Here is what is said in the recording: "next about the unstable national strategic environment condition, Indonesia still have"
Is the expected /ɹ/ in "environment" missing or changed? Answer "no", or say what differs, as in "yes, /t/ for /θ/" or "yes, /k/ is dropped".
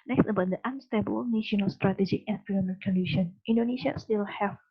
yes, /ɹ/ is dropped